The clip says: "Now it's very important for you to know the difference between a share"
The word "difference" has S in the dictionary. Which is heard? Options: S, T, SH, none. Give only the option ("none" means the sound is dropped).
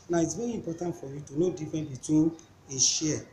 none